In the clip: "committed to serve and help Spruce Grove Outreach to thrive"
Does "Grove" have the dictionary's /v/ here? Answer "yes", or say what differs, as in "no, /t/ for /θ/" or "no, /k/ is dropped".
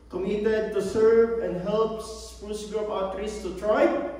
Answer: no, /p/ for /v/